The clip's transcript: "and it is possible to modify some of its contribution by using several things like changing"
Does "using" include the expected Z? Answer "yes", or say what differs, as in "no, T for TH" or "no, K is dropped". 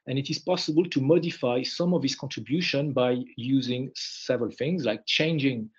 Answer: yes